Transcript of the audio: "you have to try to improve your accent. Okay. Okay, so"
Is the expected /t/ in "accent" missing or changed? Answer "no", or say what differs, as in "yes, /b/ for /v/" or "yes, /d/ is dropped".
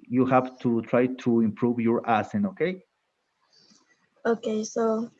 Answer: yes, /t/ is dropped